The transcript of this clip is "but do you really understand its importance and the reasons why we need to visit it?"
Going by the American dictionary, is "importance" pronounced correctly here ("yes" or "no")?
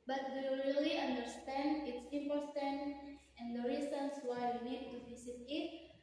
no